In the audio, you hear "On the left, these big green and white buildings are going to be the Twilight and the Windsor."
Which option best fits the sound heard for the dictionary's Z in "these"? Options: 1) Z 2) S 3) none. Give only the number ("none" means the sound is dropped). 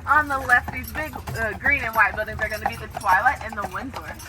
1